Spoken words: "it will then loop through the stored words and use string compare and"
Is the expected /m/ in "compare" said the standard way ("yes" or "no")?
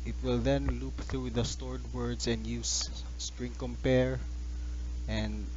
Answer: yes